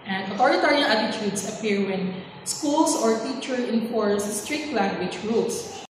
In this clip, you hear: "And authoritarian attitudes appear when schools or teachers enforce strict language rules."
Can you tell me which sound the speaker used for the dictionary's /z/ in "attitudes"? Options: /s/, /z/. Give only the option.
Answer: /s/